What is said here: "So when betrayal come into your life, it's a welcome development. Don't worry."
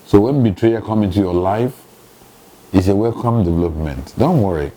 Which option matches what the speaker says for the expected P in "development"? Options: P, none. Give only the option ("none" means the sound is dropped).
P